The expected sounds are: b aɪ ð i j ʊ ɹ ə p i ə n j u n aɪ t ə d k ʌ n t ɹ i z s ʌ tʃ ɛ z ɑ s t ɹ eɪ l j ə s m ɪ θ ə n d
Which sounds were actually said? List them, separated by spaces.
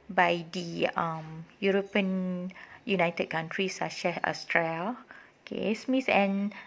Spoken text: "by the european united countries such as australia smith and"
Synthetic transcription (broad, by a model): b aɪ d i j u ɹ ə p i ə n j u n aɪ t ə d k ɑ n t ɹ i s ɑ ʃ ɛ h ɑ s t ɹ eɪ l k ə s m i s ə n